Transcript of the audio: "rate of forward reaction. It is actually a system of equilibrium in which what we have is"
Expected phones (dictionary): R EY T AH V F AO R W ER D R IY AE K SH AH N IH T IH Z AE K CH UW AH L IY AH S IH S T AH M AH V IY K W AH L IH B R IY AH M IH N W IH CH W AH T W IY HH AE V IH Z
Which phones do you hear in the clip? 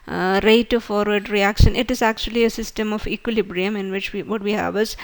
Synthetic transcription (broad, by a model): R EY T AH F AO R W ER D R IY AE K SH AH N IH T IH Z AE K CH UW AH L IY AH S IH S T AH M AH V IY K W AH L IH B R IY AH M IH N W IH CH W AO T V IY HH AE V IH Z